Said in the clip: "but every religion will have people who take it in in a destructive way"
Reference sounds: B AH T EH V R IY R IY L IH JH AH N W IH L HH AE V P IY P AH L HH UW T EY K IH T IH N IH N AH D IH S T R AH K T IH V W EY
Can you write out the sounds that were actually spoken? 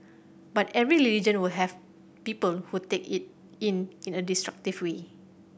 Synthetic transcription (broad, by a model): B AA T EH V R IY L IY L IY JH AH N W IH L HH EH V P IY P AH L HH UW T EY K IH T IH N IH N AH D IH S T R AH K T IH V W EY